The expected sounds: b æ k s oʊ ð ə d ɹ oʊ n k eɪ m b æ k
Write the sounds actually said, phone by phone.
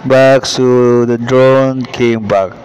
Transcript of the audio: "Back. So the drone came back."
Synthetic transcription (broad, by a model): b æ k s oʊ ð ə d ɹ oʊ n k eɪ m b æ k